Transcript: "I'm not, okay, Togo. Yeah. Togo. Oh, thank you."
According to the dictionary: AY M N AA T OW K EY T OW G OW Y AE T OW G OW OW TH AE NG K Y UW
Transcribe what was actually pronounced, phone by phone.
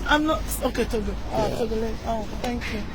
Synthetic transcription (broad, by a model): AY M N AA T OW K EY T OW G OW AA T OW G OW OW T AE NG K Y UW